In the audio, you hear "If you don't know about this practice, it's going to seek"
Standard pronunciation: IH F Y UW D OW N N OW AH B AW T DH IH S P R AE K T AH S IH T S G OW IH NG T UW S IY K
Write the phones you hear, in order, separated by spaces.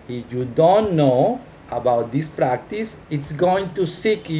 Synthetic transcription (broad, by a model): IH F Y UW D OW N N OW AH B AW T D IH S P R AE K T AH S IH T S G OW IH NG T UW S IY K